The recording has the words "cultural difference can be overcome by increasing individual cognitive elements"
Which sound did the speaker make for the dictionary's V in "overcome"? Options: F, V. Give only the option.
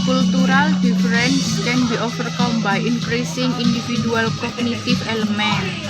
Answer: F